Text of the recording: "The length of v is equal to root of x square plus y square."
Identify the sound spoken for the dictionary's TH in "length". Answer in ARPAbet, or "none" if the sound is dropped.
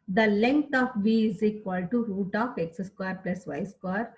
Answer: T